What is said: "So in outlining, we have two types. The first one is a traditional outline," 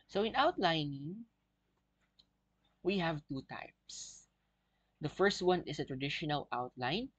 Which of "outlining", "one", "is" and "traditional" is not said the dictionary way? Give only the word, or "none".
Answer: is